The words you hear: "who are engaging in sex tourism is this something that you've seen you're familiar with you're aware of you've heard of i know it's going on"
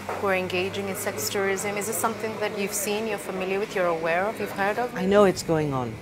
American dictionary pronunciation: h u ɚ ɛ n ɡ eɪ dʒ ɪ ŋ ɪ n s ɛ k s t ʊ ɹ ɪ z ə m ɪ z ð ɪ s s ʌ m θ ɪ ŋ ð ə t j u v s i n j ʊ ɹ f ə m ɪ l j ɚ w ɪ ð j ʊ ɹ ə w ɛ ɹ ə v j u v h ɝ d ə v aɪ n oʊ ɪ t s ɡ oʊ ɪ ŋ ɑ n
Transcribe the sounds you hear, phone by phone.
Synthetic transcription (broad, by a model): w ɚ ɛ n ɡ eɪ dʒ ɪ ŋ ɪ n s ɛ k s t ʊ ɹ ɪ z ə m ɪ z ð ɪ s s ʌ m θ ɪ ŋ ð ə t j u v s i n j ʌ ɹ f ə m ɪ l j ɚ w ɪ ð j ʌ ɹ ə w ɛ ɹ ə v j u v h ɝ d ə v aɪ n oʊ ɪ t s ɡ oʊ ɪ ŋ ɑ n